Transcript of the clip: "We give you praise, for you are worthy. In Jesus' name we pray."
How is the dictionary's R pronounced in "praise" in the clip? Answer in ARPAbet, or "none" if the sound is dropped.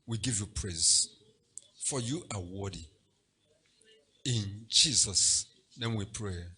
R